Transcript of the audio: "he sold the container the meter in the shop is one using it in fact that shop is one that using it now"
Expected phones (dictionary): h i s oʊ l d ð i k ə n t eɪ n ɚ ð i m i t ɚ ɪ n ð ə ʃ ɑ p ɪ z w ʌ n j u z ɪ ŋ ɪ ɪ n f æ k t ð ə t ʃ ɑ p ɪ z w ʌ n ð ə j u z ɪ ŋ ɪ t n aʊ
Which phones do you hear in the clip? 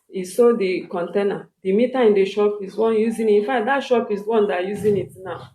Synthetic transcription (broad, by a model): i s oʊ d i k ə n t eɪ n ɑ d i m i t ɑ ɪ n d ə ʃ ɑ p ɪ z w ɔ n j u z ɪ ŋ ɪ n f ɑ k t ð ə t ʃ ɑ p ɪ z w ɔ n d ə j u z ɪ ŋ ɪ t n aʊ